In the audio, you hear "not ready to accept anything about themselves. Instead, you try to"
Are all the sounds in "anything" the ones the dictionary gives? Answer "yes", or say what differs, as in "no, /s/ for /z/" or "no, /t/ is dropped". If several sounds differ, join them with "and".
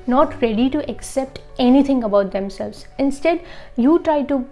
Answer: no, /t/ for /θ/